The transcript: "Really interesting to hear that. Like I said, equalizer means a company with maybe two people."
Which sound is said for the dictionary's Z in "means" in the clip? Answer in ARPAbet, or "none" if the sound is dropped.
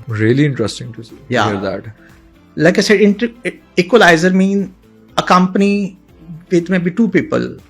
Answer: none